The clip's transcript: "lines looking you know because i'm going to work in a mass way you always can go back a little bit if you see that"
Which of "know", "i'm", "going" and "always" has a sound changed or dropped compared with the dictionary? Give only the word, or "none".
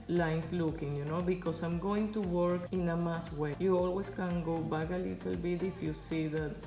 always